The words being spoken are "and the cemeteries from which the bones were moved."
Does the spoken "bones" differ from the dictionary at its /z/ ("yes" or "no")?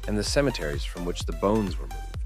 no